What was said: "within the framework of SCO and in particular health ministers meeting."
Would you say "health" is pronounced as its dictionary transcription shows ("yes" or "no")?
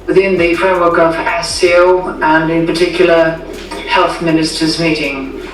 yes